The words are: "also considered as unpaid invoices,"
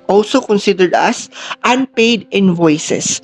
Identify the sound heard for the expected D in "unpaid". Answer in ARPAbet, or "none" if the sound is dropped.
D